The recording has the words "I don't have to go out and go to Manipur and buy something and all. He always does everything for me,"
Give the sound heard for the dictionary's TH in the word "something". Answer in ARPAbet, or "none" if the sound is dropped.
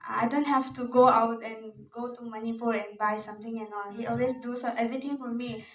T